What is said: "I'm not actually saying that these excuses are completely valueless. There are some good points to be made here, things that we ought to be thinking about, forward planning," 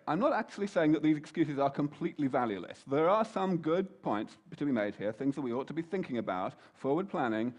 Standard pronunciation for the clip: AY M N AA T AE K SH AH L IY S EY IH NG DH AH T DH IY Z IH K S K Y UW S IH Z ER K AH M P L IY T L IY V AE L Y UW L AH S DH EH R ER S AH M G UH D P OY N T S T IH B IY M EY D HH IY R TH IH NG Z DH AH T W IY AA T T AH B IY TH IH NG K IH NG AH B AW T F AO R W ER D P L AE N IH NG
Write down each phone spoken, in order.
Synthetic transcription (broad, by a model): AY M N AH T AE K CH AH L IY S EY IH NG DH AH T DH IY Z IH K S K Y UW S IH Z ER K AH M P L IY T L IY V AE L Y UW L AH S DH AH R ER S AH M G UH D P OY N T S T IH B IY M EY D HH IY R TH IH NG Z DH AH T W IY AA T T AH B IY TH IH NG K IH NG AH B AW T F AO R W ER D P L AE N IH NG